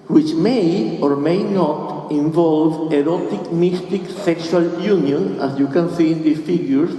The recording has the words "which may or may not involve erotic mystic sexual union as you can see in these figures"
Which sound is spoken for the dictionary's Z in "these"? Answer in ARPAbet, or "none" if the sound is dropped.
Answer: none